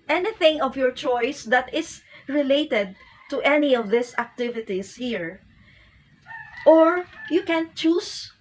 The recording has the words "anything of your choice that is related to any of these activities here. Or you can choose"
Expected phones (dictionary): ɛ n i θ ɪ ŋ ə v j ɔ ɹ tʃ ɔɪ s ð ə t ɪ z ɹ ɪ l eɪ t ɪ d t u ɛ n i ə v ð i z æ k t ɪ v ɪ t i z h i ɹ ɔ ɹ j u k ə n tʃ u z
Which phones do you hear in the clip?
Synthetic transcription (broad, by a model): ɛ n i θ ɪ ŋ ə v j ɔ ɹ tʃ ɔɪ s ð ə t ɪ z ɹ ɪ l eɪ t ɪ d t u ɛ n i ə v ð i s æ k t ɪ v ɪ t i s h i ɹ ɔ ɹ j u k ə n tʃ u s